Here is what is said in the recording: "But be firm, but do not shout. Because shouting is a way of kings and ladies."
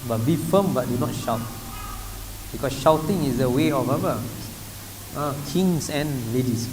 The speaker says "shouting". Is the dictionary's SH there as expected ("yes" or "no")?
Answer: yes